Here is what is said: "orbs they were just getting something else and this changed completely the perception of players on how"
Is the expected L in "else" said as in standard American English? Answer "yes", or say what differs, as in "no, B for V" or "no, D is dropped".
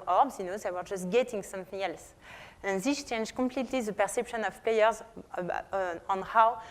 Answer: yes